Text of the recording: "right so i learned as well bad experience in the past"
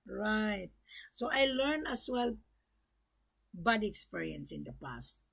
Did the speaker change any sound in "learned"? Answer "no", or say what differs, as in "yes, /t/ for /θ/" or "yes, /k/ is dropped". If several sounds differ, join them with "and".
yes, /d/ is dropped